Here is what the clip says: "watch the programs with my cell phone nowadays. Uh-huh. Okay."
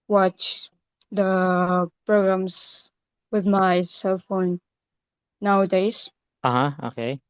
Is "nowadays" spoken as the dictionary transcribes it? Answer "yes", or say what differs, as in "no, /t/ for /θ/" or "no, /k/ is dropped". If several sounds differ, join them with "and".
yes